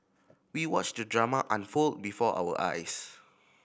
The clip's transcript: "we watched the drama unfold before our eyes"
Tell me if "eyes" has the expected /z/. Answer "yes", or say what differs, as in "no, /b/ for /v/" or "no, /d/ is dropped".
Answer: no, /s/ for /z/